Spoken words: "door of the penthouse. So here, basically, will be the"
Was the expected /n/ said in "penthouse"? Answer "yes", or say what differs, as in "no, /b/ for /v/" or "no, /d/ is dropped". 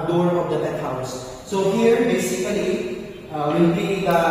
no, /n/ is dropped